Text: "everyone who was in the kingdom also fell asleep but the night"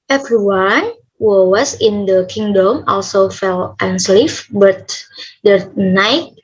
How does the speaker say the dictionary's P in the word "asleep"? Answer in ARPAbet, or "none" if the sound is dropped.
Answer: F